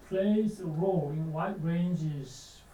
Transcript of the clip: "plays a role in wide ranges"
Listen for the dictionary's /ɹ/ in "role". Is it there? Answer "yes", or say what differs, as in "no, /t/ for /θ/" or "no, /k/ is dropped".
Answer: yes